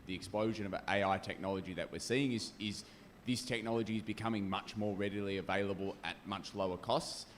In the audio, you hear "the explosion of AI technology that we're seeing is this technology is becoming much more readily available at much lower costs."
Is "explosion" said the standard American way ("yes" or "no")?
yes